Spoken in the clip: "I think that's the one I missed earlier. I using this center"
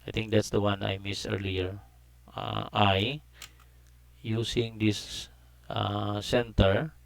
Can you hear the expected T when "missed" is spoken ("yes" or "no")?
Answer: no